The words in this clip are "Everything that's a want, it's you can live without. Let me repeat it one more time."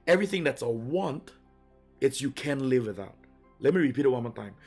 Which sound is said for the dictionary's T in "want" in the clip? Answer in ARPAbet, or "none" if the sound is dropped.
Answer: T